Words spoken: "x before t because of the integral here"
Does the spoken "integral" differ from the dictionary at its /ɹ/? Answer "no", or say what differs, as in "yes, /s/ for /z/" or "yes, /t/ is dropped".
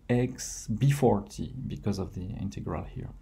no